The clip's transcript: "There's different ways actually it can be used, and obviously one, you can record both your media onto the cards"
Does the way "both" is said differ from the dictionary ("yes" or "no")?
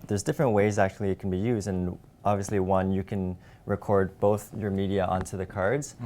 no